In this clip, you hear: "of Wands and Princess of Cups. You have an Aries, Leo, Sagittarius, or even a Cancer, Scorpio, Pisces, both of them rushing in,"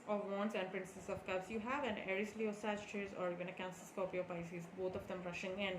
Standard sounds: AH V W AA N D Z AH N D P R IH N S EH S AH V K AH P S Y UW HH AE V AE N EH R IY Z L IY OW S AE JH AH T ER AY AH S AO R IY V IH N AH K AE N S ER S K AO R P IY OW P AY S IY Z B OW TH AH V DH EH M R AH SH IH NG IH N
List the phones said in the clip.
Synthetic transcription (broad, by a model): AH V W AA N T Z AH N D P R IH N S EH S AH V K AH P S Y UW HH AE V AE N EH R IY S L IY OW S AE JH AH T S AO R IY V IH N AH K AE N S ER S K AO P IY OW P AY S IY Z B OW T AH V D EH M R AH SH IH NG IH N